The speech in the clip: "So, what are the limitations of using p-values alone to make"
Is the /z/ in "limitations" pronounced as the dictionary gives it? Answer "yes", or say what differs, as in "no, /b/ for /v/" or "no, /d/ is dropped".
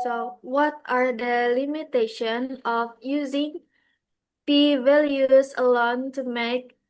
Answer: no, /z/ is dropped